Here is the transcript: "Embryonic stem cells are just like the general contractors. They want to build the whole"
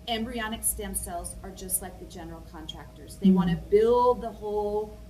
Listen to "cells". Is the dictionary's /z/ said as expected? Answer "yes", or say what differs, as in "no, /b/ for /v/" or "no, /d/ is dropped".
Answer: yes